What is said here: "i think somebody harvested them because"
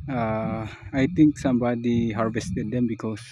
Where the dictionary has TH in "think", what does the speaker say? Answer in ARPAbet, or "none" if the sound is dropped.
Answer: T